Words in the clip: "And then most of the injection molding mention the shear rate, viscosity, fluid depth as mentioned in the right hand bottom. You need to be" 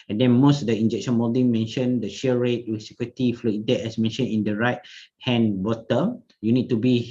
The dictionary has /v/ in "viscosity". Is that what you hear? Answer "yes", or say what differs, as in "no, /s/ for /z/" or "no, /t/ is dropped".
no, /w/ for /v/